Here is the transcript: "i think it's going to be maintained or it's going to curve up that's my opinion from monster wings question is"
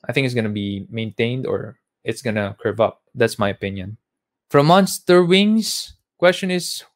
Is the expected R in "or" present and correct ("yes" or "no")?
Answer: yes